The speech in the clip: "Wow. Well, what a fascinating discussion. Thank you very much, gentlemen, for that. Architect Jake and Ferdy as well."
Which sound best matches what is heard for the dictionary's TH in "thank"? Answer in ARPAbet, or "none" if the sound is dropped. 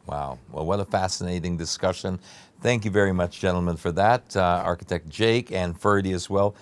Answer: TH